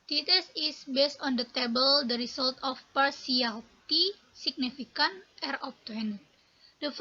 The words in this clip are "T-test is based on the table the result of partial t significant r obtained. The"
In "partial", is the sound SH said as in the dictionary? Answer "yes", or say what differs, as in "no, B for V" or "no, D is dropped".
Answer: no, S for SH